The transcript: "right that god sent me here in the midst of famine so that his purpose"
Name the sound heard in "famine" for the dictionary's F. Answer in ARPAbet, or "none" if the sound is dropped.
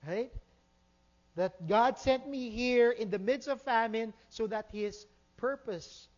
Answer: F